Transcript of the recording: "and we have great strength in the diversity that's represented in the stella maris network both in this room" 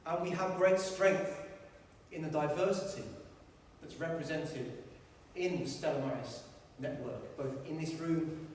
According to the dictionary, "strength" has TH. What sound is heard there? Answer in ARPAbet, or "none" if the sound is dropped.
TH